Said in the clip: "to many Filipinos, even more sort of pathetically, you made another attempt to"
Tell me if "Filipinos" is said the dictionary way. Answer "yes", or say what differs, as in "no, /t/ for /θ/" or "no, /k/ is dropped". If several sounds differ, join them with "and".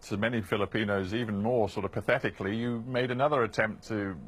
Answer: yes